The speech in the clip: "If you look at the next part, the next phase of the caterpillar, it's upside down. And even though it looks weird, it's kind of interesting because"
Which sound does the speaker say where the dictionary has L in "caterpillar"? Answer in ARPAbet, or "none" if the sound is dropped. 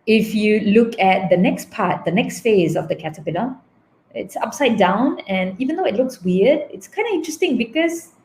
N